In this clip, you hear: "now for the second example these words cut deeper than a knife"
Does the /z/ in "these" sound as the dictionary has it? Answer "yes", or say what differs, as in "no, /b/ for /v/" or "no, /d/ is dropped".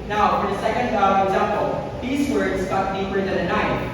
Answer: yes